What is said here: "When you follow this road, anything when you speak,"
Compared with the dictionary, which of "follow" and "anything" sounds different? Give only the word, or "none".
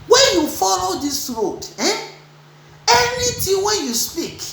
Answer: anything